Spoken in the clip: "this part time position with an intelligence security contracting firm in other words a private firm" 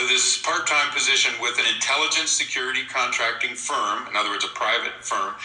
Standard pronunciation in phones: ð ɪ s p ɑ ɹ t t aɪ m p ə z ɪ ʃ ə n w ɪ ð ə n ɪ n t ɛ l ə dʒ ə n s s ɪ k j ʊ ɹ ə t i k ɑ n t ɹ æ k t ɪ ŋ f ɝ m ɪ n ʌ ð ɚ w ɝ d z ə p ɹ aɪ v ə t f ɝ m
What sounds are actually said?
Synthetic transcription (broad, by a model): ð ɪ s p ɑ ɹ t t aɪ m p ə z ɪ ʃ ə n w ɪ ð ə n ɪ n t ɛ l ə dʒ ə n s s ɪ k j ʊ ɹ ə t i k ɑ n t ɹ æ k t ɪ ŋ f ɝ m ɪ n ʌ ð ɚ w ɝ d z ə p ɹ aɪ v ə t f ɝ m